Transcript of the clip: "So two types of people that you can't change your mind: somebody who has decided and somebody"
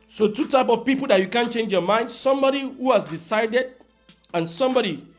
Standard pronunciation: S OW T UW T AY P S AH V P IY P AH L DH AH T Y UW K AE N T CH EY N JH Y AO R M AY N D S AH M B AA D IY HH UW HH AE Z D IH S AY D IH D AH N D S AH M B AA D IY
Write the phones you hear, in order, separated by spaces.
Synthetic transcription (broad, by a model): S OW T UW T AY P AH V P IY P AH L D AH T Y UW K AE N CH EY N JH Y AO M AY N D S AH M B AA D IY HH UW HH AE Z D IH S AY D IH D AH N S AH M B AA D IY